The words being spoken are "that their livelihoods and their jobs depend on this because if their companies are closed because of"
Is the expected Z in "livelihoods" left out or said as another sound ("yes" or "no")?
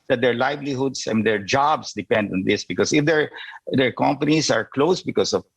yes